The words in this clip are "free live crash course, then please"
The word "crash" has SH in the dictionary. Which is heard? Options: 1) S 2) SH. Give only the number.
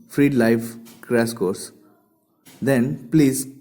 1